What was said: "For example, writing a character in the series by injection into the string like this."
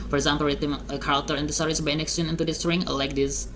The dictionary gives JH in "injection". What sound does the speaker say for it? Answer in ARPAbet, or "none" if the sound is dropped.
none